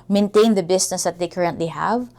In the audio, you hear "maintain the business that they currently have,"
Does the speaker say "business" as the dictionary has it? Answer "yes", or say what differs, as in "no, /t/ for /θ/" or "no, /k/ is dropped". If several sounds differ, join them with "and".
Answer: no, /s/ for /z/